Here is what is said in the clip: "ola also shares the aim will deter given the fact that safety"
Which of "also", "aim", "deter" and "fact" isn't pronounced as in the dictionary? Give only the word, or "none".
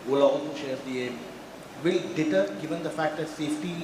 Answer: also